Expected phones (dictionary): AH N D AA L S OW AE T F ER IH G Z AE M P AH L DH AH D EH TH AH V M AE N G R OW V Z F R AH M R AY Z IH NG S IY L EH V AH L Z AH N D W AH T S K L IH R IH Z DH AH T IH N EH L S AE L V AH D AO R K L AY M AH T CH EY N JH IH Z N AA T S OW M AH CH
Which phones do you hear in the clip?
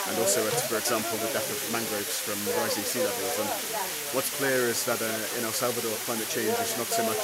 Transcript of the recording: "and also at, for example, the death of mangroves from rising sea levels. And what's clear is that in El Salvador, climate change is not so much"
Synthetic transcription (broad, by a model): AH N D AA L S OW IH T F ER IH G Z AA M P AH L DH AH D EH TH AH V M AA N G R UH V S F R AH M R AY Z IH S IY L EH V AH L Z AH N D W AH T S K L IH R IH Z DH AH T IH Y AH N S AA L V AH D AO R K L AY M AH T CH EY N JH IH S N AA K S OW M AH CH